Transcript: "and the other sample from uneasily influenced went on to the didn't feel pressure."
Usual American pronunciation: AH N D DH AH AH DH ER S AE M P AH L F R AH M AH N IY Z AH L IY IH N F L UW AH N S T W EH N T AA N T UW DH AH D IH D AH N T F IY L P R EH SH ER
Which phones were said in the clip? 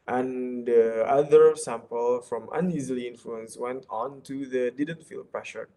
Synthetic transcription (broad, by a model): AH N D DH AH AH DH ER S AE M P AH L F R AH M AH N IY Z AH L IY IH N F L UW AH N S W EH N T AA N T UW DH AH D IH D AH N T F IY L P R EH SH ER